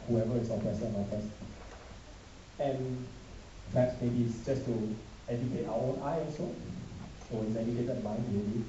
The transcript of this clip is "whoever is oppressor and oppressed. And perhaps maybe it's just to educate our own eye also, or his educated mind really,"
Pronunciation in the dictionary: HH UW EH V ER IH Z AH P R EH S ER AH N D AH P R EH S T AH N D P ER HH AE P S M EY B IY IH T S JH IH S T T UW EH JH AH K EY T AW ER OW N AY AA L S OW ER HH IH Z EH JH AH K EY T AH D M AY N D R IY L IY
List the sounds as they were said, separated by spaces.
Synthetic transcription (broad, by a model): HH UW EH V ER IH S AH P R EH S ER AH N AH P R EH S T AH N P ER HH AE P S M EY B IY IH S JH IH S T T UW EH JH AH K EY T AW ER OW N AY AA S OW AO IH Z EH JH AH K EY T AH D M AY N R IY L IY